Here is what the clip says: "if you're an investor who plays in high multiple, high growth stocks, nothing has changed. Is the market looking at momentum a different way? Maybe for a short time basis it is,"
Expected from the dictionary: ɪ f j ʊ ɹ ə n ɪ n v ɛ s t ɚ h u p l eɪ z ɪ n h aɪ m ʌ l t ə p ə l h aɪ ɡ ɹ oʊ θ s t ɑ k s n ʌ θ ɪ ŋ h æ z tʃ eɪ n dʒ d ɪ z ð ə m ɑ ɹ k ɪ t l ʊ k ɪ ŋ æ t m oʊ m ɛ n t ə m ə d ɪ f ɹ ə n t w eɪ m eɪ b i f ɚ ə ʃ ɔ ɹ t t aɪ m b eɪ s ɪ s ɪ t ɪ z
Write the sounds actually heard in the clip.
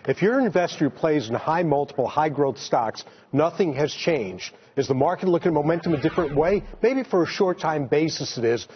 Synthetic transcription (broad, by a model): ɪ f j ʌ ɹ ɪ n v ɛ s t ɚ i p l eɪ z ɪ n h aɪ m ʌ l t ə p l h aɪ ɡ ɹ oʊ θ s t ɑ k s n ʌ θ ɪ ŋ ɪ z tʃ eɪ n dʒ d ɪ z ð ə m ɑ ɹ k ɪ t l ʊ k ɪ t m oʊ m ɛ n t ə m ə d ɪ f ɹ ə n t w eɪ m eɪ b i f ɚ ə ʃ ɔ ɹ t t aɪ m b eɪ s ɪ s ɪ t ɪ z